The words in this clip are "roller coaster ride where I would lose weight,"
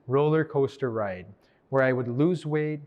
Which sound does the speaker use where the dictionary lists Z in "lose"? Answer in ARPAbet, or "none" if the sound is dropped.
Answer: Z